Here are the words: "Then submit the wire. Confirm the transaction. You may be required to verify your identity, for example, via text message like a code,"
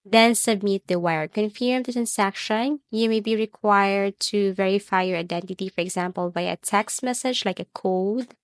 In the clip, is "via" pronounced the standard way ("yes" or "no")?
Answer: no